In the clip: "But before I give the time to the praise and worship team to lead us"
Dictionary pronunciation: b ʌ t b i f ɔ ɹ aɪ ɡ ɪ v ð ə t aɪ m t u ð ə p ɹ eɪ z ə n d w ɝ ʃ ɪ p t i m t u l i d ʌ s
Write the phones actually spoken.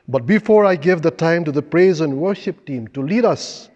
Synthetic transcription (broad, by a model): b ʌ t b i f ɔ ɹ aɪ ɡ ɪ v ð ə t aɪ m t u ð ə p ɹ eɪ z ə n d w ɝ ʃ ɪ p t i m t u l i d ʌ s